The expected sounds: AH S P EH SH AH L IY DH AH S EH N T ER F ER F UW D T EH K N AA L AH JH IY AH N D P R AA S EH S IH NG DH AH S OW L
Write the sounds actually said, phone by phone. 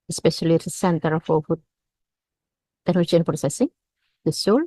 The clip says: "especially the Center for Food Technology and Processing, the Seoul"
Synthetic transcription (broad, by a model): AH S P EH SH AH L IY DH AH S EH N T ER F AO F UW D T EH N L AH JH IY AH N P R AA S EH S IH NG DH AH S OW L